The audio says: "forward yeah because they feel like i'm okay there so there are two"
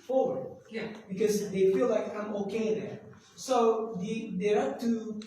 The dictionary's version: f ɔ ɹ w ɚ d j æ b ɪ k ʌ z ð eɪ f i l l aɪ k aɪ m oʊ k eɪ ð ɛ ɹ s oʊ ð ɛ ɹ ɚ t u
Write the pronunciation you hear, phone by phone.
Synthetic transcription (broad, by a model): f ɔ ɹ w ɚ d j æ b ɪ k ʌ z ð eɪ f i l l aɪ k aɪ m oʊ k eɪ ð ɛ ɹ s oʊ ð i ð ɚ t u